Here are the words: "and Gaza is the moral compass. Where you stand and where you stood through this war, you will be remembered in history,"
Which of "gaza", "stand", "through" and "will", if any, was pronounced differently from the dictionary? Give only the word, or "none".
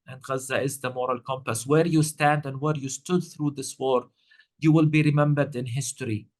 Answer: none